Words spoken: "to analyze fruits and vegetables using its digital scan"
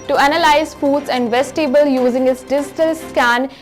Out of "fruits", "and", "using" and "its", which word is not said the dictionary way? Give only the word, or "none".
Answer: fruits